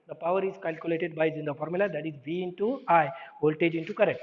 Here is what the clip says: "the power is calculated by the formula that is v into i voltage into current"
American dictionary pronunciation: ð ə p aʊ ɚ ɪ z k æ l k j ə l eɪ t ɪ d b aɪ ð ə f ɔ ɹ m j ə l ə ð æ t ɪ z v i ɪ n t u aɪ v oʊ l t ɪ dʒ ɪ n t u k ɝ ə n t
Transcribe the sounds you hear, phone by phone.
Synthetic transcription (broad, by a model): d ə p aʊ ɚ ɪ z k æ l k j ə l eɪ t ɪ d b aɪ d ə f ɔ ɹ m j ə l ə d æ t ɪ z v i ɪ n t u aɪ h oʊ l t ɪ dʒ ɪ n t u k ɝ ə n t